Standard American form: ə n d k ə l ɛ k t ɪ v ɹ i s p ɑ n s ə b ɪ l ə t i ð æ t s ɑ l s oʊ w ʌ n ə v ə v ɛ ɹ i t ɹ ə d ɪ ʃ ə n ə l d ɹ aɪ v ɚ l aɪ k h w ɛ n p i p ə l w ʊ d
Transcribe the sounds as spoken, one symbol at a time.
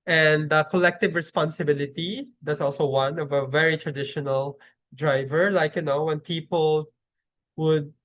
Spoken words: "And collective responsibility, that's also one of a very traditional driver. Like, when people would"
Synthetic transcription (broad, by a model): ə n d k ə l ɛ k t ɪ v ɹ i s p ɑ n s ə b ɪ l ə t i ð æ t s ɑ l s oʊ w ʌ n ə v ə v ɛ ɹ i t ɹ ə d ɪ ʃ ə n ə l d ɹ aɪ v ɚ l aɪ k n w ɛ n p i p ə l w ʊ d